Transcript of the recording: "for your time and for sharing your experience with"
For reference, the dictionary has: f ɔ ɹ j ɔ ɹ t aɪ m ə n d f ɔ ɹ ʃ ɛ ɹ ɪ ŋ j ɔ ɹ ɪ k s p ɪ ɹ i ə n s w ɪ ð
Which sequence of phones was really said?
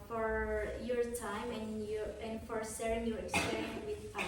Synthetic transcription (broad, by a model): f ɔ ɹ j ɔ ɹ t aɪ m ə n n f ɔ ɹ s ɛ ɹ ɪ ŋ j ɔ ɹ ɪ k s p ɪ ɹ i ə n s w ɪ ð